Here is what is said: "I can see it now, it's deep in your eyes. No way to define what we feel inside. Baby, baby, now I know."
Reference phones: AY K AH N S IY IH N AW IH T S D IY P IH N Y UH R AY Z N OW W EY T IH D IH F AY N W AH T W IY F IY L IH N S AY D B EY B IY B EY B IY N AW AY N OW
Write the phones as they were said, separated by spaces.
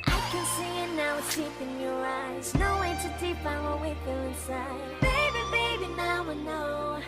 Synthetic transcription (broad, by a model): AY K AH N S IY IH N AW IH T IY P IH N Y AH R AY Z N OW W EY T IH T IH P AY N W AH W IY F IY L IH N S AY D B EY B IY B EY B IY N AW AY N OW